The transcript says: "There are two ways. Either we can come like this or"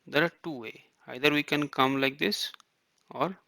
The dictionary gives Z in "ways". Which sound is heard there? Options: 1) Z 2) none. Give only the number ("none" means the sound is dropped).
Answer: 2